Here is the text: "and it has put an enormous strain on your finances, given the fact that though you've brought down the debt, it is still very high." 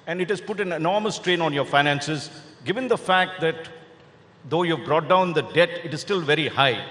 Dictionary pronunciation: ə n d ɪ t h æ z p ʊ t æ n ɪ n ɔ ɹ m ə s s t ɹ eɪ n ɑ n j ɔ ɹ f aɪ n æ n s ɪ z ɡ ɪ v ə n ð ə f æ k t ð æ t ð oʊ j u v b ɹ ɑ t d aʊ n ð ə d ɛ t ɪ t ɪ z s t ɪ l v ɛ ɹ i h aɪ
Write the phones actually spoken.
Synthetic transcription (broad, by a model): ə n d ɪ t h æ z p ʊ t æ n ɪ n ɔ ɹ m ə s s t ɹ eɪ n ɑ n j ɔ ɹ f aɪ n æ n s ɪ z ɡ ɪ v ə n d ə f æ k t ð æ t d oʊ j u v b ɹ ɑ t d aʊ n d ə d ɛ t ɪ t ɪ z s t ɪ l v ɛ ɹ i h aɪ